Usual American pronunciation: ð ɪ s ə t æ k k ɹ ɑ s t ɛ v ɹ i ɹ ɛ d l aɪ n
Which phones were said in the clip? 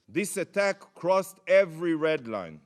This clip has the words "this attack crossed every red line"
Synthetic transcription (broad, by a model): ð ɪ s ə t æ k k ɹ ɑ s t ɛ v ɹ i ɹ ɛ d l aɪ n